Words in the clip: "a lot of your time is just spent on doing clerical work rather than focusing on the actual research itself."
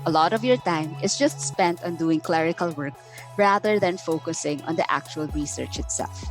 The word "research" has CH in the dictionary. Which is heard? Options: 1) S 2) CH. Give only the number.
2